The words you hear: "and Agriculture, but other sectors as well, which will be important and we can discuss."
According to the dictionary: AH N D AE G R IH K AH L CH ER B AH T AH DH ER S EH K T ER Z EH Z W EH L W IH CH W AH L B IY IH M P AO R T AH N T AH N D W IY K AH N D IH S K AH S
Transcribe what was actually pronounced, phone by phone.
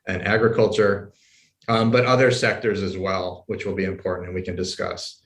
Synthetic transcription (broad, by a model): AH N AE G R IH K AH L CH ER B AH T AH DH ER S EH K T ER Z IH Z W EH L W IH CH W AH L B IY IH M P AO R T N T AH N W IY K AH N D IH S K AH S